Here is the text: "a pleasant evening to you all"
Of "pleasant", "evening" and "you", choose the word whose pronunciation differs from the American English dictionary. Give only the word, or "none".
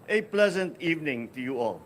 none